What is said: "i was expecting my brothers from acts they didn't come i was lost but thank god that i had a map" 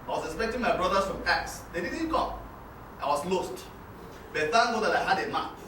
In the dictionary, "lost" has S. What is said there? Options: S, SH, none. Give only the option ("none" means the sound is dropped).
S